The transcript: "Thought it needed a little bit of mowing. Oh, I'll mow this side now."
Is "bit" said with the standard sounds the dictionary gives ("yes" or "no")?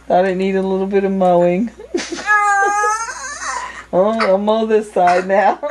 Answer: yes